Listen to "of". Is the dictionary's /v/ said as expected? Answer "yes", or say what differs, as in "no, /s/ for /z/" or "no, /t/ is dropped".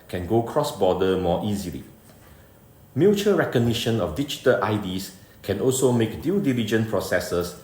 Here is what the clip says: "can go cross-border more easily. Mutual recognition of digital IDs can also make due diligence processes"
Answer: no, /f/ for /v/